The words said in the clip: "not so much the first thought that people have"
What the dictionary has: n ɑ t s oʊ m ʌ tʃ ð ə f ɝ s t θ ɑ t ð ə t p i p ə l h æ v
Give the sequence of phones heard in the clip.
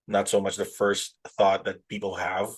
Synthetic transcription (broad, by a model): n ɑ t s oʊ m ʌ tʃ ð ə f ɝ s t θ ɑ t ð ə t p i p l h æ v